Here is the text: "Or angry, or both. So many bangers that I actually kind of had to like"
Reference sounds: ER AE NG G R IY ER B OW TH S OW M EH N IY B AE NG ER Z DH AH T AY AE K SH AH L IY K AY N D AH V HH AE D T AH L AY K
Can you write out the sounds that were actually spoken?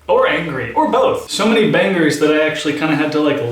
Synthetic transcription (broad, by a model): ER AE NG G R IY ER B OW TH S OW M EH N IY B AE NG ER Z DH AH T AY AE K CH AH L IY K AY N D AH HH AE D T AH L AY K